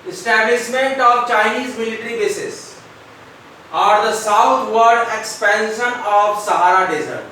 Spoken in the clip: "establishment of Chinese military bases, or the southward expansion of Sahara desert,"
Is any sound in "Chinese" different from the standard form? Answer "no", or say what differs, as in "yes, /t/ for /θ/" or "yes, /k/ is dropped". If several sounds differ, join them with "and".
no